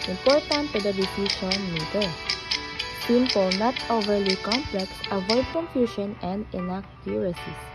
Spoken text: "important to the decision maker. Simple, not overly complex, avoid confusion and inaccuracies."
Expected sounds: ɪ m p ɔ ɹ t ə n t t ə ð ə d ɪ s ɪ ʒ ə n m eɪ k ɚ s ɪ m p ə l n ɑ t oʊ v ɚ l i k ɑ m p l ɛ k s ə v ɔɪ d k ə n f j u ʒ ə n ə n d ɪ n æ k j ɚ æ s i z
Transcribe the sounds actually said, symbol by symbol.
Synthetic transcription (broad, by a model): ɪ m p ɔ ɹ t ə n t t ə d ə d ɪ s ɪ ʃ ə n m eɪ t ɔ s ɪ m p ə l n ɑ t oʊ v ɚ l i k ɑ m p l ɛ k s ə v ɔɪ d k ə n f j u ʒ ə n ə n d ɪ n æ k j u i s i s